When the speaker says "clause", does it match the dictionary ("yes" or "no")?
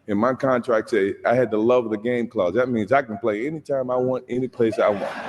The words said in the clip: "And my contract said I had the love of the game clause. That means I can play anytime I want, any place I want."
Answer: yes